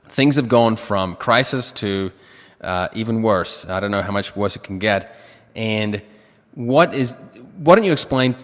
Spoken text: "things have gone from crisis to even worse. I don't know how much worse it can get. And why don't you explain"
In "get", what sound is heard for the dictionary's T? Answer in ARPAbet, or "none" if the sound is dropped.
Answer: T